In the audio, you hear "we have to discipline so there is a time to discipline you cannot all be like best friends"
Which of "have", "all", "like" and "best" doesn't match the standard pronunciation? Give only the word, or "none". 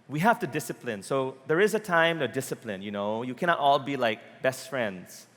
have